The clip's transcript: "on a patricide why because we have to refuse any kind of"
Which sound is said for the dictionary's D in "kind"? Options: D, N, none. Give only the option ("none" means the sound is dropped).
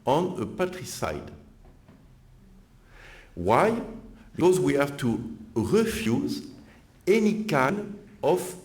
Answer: none